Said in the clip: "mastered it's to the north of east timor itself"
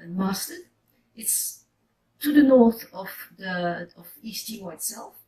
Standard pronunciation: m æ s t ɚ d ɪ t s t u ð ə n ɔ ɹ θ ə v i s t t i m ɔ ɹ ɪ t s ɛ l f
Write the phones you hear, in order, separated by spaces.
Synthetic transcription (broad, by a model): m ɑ s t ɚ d ɪ t s t u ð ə n ɔ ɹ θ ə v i s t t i ɔ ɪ t s ɛ l f